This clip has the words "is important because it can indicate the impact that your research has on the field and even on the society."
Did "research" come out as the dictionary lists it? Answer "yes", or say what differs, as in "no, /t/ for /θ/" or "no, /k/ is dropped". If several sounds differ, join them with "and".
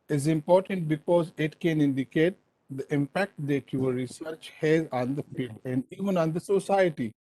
yes